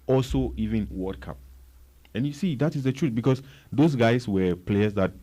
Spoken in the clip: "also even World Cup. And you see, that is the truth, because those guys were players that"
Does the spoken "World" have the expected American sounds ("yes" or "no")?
no